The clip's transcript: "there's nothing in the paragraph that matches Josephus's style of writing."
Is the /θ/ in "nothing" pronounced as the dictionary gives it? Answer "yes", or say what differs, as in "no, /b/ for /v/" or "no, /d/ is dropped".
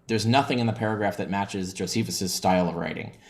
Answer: yes